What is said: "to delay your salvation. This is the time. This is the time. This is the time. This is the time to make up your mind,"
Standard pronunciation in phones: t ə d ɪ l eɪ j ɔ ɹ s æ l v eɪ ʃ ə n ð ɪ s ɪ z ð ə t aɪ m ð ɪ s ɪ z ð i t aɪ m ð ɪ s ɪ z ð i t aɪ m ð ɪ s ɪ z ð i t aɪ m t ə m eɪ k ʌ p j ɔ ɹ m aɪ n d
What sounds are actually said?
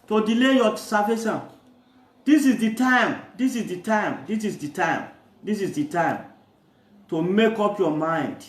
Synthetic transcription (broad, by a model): t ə d ɪ l eɪ j ɔ s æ v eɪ s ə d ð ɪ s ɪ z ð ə t aɪ m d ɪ s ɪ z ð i t aɪ m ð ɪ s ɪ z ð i t aɪ m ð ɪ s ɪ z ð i t aɪ m t ə m eɪ k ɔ p j ɔ m aɪ n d